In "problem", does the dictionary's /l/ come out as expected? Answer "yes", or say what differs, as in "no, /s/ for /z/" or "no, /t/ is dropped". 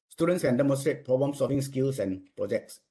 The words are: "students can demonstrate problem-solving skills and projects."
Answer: no, /l/ is dropped